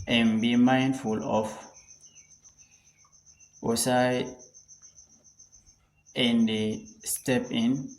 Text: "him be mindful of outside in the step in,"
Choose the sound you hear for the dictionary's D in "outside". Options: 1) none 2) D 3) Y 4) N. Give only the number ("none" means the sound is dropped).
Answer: 1